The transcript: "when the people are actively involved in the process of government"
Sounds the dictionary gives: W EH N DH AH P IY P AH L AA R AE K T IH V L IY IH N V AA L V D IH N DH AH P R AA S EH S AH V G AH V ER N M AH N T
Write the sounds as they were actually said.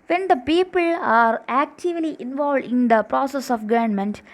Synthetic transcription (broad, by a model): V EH N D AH P IY P AH L AA R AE K T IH V L IY IH N V AA L V D IH N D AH P R AA S EH S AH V G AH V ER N M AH N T